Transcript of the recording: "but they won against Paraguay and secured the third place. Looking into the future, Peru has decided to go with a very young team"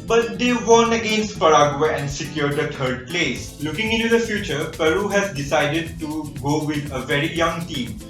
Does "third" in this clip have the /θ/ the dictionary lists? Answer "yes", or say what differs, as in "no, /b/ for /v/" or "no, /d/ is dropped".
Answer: no, /t/ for /θ/